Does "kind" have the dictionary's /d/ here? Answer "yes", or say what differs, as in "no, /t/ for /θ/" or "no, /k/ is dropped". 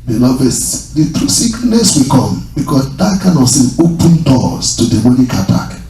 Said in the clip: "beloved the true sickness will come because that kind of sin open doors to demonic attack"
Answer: no, /d/ is dropped